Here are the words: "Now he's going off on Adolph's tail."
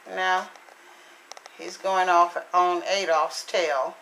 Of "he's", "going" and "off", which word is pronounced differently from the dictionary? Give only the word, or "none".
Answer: none